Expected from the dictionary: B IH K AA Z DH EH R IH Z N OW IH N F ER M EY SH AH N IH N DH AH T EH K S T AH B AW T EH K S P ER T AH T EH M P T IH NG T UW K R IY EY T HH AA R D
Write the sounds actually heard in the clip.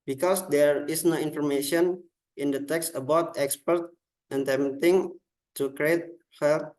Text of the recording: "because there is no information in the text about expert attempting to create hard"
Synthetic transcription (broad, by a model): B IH K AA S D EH R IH S N OW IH N F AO M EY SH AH N IH N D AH T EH K S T AH B AW T EH K S P ER T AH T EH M T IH NG T UW K R IY EY T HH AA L